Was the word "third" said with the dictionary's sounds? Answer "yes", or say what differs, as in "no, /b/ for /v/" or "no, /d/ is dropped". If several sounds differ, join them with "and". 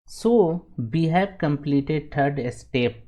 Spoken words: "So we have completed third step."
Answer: no, /t/ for /θ/